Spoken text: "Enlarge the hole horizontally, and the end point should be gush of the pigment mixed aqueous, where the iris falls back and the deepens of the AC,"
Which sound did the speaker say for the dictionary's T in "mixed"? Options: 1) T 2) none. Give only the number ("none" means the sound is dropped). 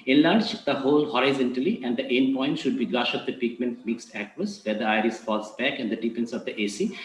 1